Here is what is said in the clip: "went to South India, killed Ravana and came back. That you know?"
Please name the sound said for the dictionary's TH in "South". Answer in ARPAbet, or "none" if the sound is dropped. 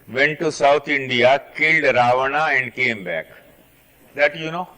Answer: T